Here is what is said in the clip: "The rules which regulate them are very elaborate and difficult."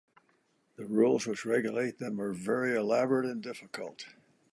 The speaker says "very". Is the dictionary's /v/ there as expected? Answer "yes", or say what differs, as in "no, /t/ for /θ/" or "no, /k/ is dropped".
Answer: yes